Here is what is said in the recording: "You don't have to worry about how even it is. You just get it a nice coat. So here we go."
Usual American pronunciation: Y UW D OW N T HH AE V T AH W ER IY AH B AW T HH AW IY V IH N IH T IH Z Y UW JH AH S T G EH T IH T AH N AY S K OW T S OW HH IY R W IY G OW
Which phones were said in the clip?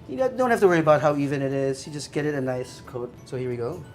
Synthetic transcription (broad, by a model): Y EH D OW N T HH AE F T AH W ER IY AH B AW T HH AW IY V IH N IH T IH Z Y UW JH AH S G EH T IH T AH N AY S K OW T S OW HH IY R W IY G OW